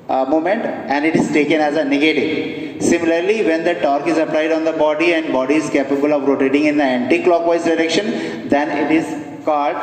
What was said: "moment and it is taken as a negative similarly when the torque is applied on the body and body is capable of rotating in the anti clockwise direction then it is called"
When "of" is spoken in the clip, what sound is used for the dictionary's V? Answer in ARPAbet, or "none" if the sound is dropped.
V